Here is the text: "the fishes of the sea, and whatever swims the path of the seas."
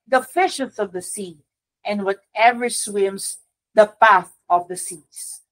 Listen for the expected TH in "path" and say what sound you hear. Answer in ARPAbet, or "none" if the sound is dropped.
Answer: TH